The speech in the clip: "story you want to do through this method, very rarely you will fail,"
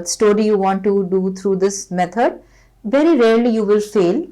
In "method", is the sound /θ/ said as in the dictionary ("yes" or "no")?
no